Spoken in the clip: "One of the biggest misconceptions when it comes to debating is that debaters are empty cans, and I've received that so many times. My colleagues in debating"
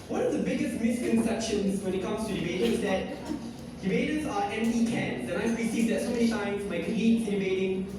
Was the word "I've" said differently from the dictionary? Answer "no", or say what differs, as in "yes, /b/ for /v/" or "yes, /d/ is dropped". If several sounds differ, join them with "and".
yes, /p/ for /v/